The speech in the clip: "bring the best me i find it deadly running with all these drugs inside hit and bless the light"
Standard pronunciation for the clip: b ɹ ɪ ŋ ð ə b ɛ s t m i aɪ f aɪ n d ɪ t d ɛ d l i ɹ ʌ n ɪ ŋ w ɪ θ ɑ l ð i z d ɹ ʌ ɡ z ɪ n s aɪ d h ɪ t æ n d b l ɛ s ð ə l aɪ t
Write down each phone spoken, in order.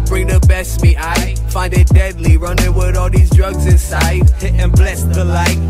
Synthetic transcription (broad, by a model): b ɹ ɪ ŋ ð ə b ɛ s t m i aɪ f aɪ n d ɪ t d ɛ d l i ɹ ʌ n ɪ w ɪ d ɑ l ð i z d ɹ ʌ ɡ z ɪ n s aɪ d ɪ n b l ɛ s ð ə l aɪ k